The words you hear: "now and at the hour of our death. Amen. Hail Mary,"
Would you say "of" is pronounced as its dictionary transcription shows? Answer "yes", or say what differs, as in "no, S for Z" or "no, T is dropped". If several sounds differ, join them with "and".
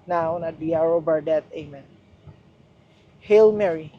no, B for V